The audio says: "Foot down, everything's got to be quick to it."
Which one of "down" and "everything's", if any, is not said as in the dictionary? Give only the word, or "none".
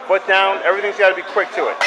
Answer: none